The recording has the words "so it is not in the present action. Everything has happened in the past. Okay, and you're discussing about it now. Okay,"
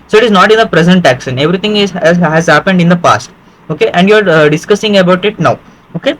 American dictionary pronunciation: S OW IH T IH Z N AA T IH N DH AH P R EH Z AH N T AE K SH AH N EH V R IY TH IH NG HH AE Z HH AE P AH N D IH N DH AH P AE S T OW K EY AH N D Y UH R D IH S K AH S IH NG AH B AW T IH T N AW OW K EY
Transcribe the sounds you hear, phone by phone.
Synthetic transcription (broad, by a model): S OW IH T IH Z N AA T IH N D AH P R EH Z AH N T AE K S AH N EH V R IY T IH NG HH AE Z HH AE P AH N D IH N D AH P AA S T OW K EY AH N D Y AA R D IH S K AH S IH NG AH B AW T IH T N AW OW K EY